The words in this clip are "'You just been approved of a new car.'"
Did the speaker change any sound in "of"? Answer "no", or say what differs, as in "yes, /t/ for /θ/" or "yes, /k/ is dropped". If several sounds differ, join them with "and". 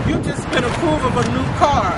no